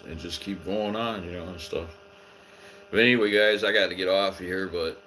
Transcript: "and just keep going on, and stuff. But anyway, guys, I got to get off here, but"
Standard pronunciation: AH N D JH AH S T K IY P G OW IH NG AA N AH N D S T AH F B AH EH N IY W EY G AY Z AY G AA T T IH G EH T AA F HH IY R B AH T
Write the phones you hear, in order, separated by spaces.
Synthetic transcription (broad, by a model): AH N JH AH S K IY P G OW IH NG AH N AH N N S T AH F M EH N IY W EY G AY Z AY G AA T T IH G EH T AA F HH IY R B AH T